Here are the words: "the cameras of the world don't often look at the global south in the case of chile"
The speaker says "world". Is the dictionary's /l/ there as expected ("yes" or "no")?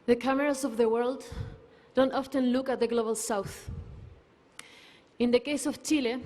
yes